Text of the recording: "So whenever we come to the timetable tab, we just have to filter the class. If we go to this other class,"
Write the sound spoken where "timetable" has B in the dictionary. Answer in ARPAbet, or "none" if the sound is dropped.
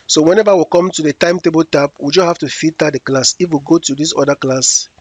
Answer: B